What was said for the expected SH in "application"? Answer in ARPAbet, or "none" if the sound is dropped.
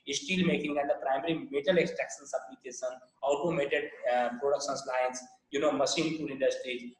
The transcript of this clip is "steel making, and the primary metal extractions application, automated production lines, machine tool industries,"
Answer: S